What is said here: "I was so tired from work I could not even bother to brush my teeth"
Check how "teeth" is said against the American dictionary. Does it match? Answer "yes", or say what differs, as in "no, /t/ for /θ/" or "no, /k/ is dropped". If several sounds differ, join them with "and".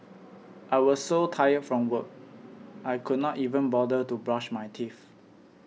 no, /f/ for /θ/